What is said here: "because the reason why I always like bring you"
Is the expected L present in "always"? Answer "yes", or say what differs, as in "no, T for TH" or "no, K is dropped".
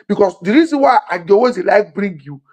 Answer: no, L is dropped